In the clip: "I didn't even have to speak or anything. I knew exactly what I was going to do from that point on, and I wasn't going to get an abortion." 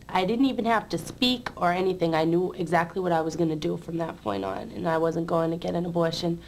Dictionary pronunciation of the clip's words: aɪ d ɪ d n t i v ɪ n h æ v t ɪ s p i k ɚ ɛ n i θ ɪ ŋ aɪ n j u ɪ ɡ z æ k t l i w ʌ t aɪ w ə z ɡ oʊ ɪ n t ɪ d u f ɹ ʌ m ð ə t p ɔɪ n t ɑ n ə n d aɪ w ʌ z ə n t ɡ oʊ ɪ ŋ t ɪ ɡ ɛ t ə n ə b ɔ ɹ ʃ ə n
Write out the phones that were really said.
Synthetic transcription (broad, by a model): aɪ d ɪ d n t i v ɪ n h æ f t ɪ s p i k ɚ ɛ n i θ ɪ ŋ aɪ n j u ɪ ɡ z æ k t l i w ʌ t aɪ w ə z ɡ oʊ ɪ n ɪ d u f ɹ ʌ m ð ə t p ɔɪ n t n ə n aɪ w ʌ z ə n ɡ oʊ ɪ ŋ t ɪ ɡ ɛ t ə n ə b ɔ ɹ ʃ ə n